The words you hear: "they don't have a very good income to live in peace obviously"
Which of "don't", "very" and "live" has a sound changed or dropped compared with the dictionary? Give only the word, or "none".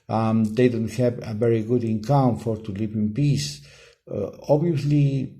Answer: live